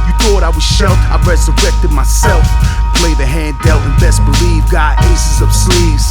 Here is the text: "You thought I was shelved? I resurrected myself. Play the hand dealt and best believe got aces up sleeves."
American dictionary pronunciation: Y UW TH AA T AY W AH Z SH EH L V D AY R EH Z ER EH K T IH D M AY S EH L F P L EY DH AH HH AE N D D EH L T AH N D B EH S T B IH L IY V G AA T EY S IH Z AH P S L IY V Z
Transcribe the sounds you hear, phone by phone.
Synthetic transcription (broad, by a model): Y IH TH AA T AY W AH Z SH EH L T AY R EH Z ER EH K T IH D M AY S EH L F P L EY DH AH HH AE N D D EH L AH N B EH S B IH L IY V G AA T EY S IH Z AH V S L IY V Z